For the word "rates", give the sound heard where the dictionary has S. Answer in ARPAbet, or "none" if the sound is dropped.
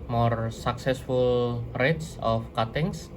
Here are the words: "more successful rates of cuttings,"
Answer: S